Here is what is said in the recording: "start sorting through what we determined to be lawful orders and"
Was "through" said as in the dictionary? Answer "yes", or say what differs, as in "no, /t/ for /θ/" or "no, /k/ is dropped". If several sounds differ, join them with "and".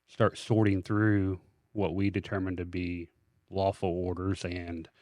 yes